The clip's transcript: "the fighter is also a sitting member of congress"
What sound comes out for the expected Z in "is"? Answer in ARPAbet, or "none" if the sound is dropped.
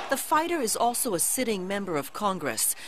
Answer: Z